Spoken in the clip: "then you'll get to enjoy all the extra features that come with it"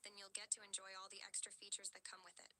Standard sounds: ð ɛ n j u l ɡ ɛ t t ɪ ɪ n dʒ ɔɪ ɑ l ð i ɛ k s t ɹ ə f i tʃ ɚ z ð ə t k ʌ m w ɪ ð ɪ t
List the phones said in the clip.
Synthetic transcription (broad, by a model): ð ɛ n j u l ɡ ɛ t t ɪ ɪ n dʒ ɔɪ ɑ l ð i ɛ k s t ɹ ə f i tʃ ɚ z ð ə t k ʌ m w ɪ ð ɪ t